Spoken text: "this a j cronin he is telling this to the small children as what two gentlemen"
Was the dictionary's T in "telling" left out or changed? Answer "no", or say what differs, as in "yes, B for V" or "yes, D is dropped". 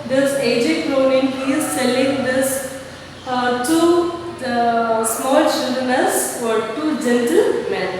yes, S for T